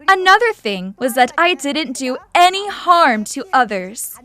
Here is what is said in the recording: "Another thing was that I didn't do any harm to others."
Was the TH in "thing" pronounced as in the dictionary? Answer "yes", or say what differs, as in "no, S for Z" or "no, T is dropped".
yes